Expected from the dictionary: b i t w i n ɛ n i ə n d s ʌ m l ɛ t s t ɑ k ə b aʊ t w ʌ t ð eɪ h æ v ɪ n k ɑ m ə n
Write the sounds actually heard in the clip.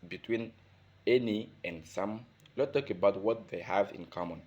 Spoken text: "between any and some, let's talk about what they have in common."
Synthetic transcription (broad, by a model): b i t w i n ɛ n i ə n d s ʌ m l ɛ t t ɑ k ə b aʊ t w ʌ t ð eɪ h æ v ɪ n k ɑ m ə n